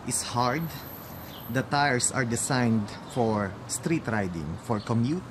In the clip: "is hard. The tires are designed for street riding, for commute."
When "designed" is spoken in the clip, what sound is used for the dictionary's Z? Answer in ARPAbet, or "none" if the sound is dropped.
S